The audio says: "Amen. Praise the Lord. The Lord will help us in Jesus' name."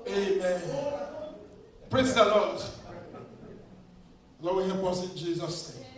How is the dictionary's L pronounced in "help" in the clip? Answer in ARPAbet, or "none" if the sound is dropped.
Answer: none